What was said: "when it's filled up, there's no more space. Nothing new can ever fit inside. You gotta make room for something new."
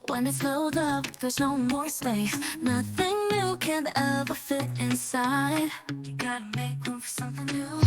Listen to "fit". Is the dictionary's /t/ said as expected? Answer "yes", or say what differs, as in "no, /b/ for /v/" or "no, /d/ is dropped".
yes